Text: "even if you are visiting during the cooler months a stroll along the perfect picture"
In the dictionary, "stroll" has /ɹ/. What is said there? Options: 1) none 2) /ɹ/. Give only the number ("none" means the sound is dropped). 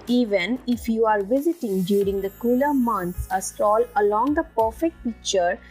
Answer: 1